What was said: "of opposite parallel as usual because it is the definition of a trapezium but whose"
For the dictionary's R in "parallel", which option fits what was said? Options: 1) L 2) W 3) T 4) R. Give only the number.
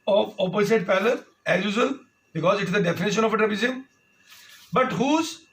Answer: 1